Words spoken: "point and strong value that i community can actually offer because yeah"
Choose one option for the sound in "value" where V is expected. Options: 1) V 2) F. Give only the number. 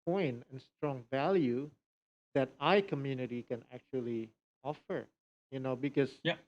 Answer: 1